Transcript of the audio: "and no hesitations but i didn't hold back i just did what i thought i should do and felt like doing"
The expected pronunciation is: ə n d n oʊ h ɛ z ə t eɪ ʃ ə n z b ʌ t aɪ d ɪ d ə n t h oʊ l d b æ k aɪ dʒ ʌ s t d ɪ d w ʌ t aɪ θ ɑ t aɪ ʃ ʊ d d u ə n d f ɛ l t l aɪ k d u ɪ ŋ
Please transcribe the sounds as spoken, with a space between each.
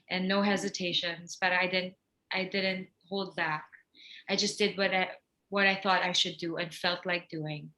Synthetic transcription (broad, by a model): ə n n oʊ h ɛ z ə t eɪ ʃ ə n z b ʌ t aɪ d ɪ d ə n t h oʊ l d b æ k aɪ dʒ ʌ s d d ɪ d w ʌ t aɪ θ ɑ t aɪ ʃ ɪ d d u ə n f ɛ l t l aɪ k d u ɪ ŋ